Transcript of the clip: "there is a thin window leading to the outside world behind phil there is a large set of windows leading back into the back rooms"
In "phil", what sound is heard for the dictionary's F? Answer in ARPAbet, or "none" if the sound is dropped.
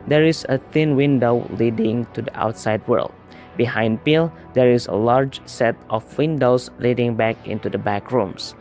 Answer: P